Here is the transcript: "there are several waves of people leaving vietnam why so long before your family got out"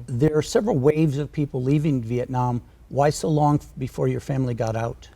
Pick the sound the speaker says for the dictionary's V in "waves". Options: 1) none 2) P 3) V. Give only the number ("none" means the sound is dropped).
3